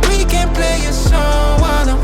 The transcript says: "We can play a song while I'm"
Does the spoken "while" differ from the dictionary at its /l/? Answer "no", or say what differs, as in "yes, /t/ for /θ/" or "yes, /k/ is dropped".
yes, /n/ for /l/